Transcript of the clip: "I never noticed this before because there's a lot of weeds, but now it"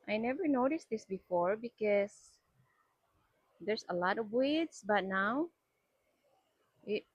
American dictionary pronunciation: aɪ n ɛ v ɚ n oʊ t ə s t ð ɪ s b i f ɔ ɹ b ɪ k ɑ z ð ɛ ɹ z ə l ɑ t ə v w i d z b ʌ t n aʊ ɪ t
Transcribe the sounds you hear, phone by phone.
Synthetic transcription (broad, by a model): aɪ n ɛ v ɚ n oʊ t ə s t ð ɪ s b i f ɔ ɹ b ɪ k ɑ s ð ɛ ɹ s ə l ɑ t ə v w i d s b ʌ t n aʊ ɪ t